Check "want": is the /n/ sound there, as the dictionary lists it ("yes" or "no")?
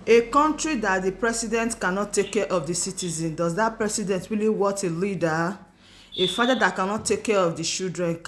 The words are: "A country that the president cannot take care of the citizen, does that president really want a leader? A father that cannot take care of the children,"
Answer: no